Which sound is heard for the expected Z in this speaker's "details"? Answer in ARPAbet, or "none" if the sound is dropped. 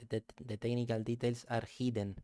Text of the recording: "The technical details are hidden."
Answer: S